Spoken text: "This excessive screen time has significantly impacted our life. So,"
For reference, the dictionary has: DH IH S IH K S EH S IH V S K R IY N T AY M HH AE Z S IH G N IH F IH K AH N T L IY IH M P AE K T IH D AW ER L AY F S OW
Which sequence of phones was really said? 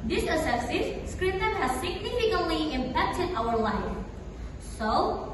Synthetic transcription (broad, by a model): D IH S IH S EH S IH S S K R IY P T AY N HH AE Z S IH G N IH F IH K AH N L IY IH M P AE K T IH D AW ER L AY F S OW